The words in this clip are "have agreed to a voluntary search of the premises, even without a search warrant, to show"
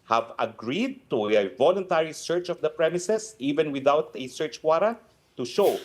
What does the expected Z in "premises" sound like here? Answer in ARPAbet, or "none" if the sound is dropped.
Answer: S